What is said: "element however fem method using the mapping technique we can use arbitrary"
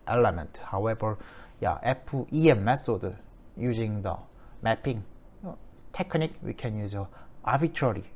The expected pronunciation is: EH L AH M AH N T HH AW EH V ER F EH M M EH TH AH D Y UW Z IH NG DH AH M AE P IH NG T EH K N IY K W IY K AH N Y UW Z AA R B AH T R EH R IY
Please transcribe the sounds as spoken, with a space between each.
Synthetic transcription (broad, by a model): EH L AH M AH N T HH AW EH V ER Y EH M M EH S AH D Y UW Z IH NG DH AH M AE P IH NG T EH K N IY K W IY K AH N Y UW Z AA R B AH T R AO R IY